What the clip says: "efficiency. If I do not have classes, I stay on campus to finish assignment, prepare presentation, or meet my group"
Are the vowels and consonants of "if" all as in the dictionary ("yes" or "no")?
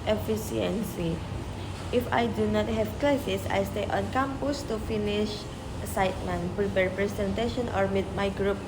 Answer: yes